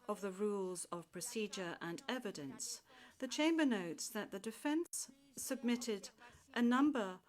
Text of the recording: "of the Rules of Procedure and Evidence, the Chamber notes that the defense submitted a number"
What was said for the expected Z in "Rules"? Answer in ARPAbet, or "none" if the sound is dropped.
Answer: Z